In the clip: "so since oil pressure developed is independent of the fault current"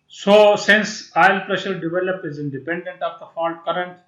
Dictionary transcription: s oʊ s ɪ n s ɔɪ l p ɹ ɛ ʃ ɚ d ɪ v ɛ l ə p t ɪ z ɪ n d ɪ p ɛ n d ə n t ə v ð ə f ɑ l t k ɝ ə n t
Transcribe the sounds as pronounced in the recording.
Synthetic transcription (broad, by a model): s oʊ s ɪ n s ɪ l p ɹ ɛ ʃ ɚ d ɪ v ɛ l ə p ɪ z ɪ n d ɪ p ɛ n d ə n t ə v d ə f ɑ l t k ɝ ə n t